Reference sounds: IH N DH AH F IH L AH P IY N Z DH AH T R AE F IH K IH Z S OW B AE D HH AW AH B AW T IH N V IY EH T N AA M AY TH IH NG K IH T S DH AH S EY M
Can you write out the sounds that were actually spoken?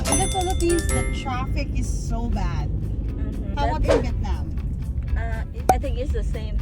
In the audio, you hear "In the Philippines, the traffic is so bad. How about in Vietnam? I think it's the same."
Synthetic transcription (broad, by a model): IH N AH P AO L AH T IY Z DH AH T R AE F IH K IH Z S OW B AE D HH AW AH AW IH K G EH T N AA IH AY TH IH NG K IH T S DH AH S EY M